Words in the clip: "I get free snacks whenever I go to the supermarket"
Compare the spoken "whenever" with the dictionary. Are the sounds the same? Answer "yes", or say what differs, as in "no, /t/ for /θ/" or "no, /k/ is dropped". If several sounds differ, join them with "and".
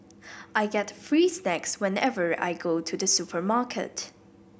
yes